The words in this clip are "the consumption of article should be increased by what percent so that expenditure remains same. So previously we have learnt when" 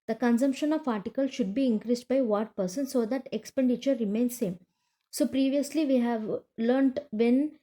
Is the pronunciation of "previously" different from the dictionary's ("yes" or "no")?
no